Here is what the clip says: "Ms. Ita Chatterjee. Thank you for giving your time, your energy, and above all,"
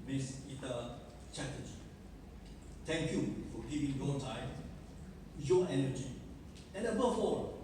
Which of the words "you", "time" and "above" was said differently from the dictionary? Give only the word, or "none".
above